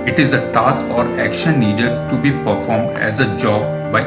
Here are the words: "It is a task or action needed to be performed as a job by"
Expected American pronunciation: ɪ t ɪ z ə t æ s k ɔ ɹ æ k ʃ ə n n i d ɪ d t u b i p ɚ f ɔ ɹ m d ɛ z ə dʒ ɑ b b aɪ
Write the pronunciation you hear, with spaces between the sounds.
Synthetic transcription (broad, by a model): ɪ t ɪ z ə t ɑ s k ɔ ɹ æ k ʃ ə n n i d ɪ d t u b i p ɚ f ɔ ɹ m d ɛ z ə dʒ ɑ b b aɪ